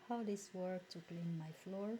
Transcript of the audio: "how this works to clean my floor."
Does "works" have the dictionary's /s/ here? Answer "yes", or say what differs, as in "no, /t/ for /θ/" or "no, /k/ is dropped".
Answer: no, /s/ is dropped